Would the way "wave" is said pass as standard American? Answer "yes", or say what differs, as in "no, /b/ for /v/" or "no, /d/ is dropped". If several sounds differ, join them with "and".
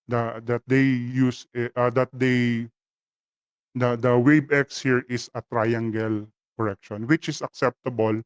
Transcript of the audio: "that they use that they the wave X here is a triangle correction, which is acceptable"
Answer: no, /b/ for /v/